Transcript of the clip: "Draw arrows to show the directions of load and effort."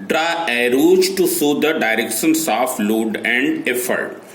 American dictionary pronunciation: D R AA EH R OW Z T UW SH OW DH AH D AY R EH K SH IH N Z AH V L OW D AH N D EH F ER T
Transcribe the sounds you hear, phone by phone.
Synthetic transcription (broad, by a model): D R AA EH R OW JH T UW S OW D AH D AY R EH K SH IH N S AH F L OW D AH N D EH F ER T